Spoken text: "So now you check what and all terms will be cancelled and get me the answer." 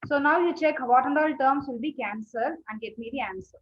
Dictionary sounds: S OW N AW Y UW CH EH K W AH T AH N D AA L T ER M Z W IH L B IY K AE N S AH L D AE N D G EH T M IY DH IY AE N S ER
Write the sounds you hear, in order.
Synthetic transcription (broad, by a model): S OW N AW Y UW CH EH K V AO T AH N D AA L T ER M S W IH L B IY K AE N S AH D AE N D G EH T M IY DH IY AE N S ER